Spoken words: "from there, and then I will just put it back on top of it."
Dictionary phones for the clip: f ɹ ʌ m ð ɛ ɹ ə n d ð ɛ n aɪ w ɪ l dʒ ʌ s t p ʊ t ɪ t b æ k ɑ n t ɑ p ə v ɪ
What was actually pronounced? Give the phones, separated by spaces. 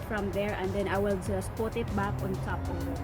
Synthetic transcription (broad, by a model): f ɹ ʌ m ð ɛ ɹ ə n d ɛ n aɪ w ɪ l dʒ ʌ s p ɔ t ɪ t b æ k ɑ n s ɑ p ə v